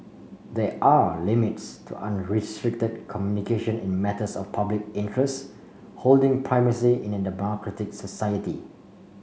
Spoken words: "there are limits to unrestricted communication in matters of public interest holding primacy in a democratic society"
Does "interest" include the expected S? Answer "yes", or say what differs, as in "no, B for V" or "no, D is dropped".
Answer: yes